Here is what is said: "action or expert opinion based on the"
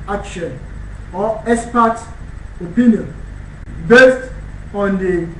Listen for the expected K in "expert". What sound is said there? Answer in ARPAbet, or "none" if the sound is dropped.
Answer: none